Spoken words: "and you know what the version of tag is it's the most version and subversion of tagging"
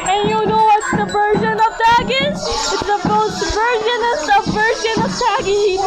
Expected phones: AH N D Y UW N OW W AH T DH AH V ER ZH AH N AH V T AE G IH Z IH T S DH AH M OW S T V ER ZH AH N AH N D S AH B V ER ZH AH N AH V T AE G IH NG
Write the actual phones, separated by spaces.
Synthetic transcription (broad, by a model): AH N Y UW N OW W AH T DH AH V ER ZH AH N AH V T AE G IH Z IH T S DH AH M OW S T V ER ZH AH N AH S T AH V ER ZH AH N AH V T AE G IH